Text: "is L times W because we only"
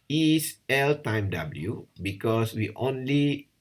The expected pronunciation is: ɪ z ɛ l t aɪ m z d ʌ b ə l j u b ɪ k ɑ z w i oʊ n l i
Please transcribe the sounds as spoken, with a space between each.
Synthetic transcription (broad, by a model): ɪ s ɛ l t aɪ m d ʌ b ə l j u b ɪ k ɑ s w i oʊ n l i